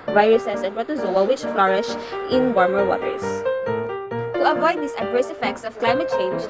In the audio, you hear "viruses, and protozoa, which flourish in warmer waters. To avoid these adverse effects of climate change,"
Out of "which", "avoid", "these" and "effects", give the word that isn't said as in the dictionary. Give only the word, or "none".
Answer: these